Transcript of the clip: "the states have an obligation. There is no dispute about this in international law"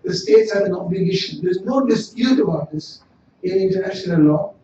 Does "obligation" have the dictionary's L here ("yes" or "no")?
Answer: yes